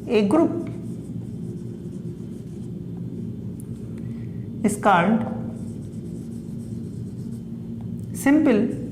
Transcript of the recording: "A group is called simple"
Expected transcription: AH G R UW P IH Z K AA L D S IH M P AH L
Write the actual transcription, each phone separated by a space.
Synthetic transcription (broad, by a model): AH G R UW P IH S K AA N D S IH M P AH L